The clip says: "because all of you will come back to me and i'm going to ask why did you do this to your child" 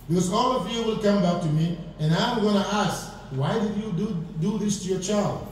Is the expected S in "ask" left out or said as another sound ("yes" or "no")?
no